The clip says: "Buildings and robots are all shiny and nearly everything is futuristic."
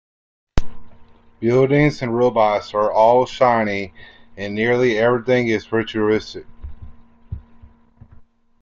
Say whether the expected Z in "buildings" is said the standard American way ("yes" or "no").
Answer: yes